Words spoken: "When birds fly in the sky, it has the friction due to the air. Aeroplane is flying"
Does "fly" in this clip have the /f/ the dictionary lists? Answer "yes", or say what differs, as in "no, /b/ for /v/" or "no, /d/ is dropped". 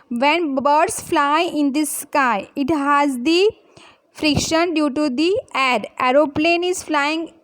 yes